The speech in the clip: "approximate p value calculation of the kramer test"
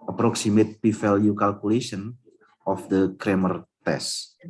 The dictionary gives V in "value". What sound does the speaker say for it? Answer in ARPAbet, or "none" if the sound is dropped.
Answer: F